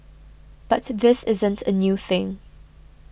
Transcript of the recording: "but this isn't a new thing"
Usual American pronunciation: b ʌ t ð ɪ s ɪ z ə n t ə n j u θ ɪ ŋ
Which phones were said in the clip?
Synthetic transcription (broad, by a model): b ʌ t ð ɪ s ɪ z ə n t ə n j u θ ɪ ŋ